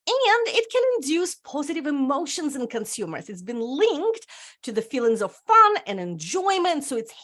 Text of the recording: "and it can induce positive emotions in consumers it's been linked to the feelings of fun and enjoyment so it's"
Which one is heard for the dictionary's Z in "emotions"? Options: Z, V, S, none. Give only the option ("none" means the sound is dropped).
Z